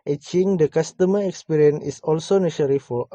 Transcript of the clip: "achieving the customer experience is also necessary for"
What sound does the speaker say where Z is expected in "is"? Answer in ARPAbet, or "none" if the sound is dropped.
S